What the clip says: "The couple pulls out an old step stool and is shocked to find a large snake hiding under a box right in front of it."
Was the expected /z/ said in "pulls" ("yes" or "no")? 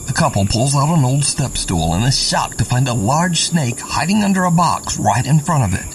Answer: yes